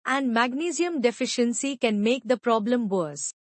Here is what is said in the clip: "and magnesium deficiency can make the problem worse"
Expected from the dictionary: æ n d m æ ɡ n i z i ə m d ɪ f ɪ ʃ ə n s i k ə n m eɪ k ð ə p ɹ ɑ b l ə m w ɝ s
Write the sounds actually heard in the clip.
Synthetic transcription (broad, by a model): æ n d m æ ɡ n i z i ə m d ɪ f ɪ ʃ ə n s i k ə n m eɪ k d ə p ɹ ɑ b l ə m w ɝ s